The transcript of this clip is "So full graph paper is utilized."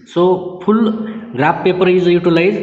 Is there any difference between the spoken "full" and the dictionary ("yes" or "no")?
yes